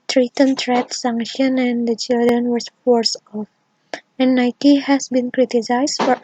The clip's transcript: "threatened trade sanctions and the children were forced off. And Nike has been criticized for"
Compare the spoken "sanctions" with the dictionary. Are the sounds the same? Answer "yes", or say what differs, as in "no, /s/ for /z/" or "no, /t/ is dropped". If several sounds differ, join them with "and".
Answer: no, /z/ is dropped